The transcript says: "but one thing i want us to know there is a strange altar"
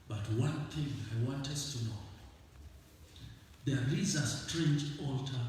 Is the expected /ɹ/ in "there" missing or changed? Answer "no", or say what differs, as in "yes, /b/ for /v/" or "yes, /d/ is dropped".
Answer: yes, /l/ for /ɹ/